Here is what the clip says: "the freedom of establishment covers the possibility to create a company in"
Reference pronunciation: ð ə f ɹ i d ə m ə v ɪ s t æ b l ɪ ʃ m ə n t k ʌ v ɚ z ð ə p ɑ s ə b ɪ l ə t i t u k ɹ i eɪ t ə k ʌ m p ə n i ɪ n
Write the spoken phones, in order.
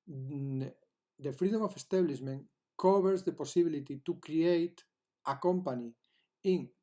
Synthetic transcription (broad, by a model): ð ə f ɹ i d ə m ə f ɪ s t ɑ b l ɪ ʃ m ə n k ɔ b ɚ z ð ə p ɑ s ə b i l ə t i t u k ɹ i eɪ t ə k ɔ m p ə n i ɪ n